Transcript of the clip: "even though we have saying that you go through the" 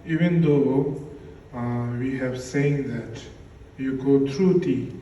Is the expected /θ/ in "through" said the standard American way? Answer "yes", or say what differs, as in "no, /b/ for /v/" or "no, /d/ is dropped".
no, /t/ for /θ/